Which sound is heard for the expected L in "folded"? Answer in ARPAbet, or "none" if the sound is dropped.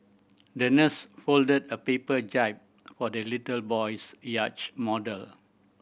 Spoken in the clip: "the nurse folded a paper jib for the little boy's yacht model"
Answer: L